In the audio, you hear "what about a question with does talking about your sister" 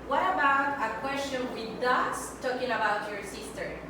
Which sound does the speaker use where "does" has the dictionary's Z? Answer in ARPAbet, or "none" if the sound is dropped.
S